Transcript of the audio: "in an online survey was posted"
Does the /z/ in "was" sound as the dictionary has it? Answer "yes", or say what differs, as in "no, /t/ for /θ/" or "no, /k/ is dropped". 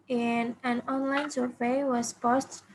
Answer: no, /s/ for /z/